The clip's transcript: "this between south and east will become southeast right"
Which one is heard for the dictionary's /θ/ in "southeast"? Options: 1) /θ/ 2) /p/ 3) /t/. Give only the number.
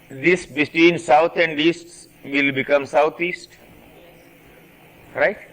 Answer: 3